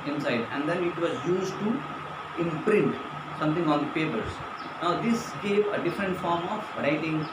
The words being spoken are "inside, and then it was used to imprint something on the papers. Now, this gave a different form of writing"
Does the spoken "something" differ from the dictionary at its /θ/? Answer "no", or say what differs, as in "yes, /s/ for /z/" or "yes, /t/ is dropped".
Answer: yes, /t/ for /θ/